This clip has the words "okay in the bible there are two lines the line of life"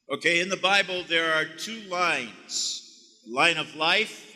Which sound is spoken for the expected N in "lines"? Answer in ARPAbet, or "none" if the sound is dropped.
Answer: N